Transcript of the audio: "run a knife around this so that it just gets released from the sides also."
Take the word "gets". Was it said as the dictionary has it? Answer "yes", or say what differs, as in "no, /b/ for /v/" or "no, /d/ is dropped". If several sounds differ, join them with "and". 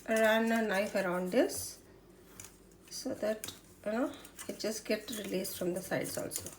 no, /s/ is dropped